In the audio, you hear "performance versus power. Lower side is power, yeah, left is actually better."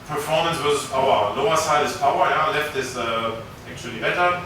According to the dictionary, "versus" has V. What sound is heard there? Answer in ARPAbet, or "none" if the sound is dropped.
W